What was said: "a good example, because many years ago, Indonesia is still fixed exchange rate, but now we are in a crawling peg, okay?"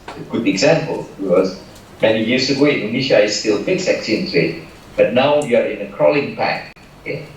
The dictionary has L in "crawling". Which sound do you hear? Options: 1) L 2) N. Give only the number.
1